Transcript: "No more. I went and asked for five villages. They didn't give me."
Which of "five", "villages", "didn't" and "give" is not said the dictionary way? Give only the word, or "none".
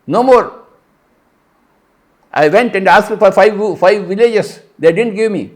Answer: villages